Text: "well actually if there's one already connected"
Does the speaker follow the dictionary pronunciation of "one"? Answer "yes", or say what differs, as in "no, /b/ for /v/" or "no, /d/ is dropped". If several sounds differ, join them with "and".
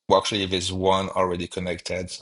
yes